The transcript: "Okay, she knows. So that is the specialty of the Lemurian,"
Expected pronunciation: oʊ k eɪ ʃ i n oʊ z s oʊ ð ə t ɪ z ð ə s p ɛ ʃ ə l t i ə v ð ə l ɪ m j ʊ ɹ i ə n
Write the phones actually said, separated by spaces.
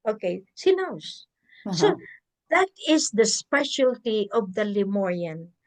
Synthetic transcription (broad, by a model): oʊ k eɪ s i n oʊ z s oʊ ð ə t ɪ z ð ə s p ɛ ʃ ə l t i ə v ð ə l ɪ m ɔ ɹ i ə n